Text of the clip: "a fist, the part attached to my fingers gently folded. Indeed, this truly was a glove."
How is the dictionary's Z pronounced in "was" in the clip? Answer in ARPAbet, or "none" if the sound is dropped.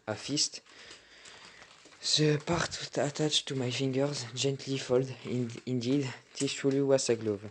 S